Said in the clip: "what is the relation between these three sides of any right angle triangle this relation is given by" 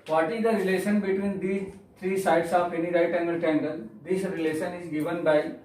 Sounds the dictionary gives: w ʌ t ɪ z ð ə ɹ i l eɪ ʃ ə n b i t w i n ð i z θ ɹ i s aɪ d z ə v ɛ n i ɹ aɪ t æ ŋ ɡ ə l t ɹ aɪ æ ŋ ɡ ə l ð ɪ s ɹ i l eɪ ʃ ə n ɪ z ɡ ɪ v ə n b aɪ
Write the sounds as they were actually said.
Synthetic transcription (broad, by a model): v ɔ t ɪ z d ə ɹ i l eɪ ʃ ə n b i t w i n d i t ɹ i s aɪ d s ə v ɛ n i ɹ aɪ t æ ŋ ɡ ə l t ɛ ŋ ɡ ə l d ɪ s ɹ i l eɪ ʃ ə n ɪ z ɡ ɪ v ə n b aɪ